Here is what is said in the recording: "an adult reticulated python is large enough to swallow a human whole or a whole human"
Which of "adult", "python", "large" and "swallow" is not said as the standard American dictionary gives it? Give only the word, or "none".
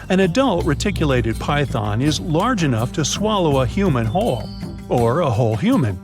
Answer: none